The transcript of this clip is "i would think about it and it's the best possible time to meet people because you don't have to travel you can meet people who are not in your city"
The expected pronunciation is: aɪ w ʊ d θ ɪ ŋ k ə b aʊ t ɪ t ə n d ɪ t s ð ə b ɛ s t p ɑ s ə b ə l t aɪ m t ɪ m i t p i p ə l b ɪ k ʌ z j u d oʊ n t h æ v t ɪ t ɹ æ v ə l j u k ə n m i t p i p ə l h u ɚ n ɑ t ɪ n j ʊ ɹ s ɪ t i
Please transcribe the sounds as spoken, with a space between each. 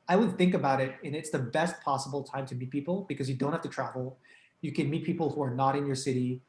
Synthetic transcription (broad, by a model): aɪ w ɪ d θ ɪ ŋ k ə b aʊ t ɪ t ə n ɪ t s ð ə b ɛ s t p ɑ s ə b l t aɪ m t ɪ m i t p i p l b ɪ k ʌ z j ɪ d oʊ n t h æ f t ɪ t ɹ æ v l j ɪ k ə n m i t p i p l h u ɚ n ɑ t ɪ n j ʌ ɹ s ɪ t i